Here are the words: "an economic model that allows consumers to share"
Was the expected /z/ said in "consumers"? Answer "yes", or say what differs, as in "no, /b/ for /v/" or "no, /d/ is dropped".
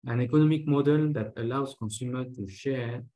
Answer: no, /z/ is dropped